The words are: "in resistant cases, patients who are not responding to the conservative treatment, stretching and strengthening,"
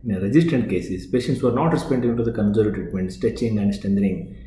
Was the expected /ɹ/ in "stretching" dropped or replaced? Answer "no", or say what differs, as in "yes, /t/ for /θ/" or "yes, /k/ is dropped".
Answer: yes, /ɹ/ is dropped